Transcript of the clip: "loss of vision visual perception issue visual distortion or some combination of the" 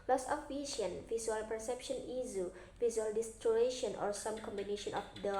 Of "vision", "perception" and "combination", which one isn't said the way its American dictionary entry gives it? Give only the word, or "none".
vision